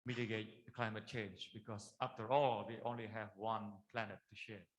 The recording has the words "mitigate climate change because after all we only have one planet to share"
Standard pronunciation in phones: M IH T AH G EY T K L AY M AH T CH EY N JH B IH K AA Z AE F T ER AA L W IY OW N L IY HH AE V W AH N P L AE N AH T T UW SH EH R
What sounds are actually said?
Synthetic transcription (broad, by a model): M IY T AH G EY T K L AY M AH T CH EY N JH B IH K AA S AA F T ER AA L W IY OW N L IY HH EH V W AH N P L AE N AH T T UW SH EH